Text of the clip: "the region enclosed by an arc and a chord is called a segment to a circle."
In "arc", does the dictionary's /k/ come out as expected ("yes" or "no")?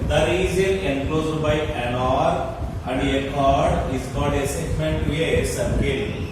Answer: no